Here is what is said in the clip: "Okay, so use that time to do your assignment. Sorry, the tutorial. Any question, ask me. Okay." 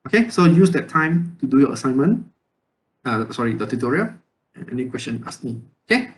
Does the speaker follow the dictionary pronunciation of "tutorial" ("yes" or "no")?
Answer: no